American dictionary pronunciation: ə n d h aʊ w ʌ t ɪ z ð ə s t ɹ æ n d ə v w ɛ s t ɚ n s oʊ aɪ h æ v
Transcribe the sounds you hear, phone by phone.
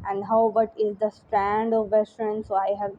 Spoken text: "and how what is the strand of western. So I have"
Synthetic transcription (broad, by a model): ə n d h aʊ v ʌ t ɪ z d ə s t ɹ æ n d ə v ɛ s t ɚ n s oʊ aɪ h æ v